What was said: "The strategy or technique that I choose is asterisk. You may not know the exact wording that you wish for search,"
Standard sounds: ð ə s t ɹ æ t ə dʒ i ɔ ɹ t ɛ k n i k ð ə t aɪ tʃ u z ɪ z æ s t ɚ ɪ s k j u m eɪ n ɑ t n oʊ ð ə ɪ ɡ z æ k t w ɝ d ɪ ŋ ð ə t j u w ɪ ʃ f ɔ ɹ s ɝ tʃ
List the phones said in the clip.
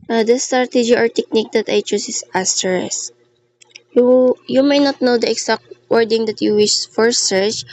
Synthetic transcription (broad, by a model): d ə s t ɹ t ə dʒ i ɔ ɹ t ɛ k n i k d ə t aɪ tʃ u s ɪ s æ s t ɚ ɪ s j j u m eɪ n ɑ t n oʊ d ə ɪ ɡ s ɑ k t w ɝ d ɪ ŋ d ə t j u w ɪ ʃ f ɔ ɹ s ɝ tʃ